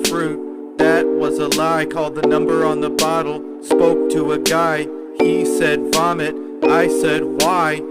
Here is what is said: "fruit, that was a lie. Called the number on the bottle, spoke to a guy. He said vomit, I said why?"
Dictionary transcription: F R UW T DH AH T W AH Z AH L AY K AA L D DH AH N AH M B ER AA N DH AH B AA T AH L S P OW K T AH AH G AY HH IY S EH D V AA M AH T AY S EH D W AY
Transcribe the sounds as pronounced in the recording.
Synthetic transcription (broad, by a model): F R UW T DH AH T W AH Z AH L AY K AA L D DH AH N AH M B ER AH N DH AH B AA T L S P OW K T AH AH G AY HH IY S EH D F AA M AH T AY S EH D W AY